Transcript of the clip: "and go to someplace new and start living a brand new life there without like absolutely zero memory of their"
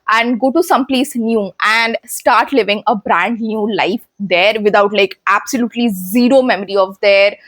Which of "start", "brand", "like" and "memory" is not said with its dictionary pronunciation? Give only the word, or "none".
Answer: none